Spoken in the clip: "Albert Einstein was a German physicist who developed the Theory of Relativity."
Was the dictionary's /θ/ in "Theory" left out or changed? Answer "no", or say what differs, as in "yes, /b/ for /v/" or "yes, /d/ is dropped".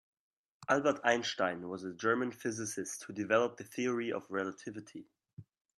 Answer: no